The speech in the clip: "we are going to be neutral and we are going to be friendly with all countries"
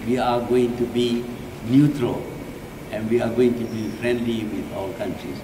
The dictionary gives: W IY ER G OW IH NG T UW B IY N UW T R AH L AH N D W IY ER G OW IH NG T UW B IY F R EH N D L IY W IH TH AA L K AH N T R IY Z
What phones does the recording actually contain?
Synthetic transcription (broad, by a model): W IY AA G OW IH NG T UW B IY N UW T R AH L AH N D W IY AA G OW IH NG T UW B IY F R EH N D L IY W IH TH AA W K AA N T R IY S